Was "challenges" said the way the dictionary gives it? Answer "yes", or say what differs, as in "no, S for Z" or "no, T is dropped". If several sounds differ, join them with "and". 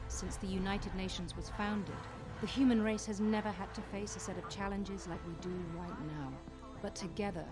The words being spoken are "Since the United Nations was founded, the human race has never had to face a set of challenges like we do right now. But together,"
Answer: yes